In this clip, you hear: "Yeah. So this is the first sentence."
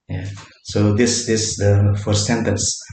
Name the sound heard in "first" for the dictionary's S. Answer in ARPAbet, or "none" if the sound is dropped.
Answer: none